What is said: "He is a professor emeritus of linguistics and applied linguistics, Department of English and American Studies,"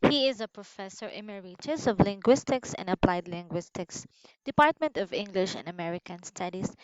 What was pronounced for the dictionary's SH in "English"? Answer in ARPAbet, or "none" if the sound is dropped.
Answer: SH